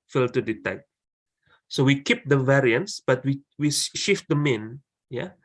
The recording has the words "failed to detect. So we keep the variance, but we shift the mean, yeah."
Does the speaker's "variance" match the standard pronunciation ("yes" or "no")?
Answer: yes